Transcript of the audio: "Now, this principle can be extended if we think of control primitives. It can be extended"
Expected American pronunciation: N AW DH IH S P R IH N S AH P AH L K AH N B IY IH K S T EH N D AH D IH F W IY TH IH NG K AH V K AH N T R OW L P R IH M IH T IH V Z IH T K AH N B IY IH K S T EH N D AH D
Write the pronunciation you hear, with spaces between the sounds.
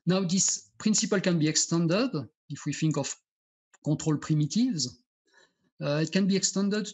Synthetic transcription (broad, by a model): N AW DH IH S P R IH N S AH P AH L K AH N B IY IH K S T EH N D AH D IH F W IY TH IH NG K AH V K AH T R OW L P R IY M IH T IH V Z IH T K AH N B IY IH K S T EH N D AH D